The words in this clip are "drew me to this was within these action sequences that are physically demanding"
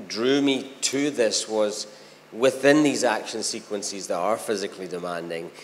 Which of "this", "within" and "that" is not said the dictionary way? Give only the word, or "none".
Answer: none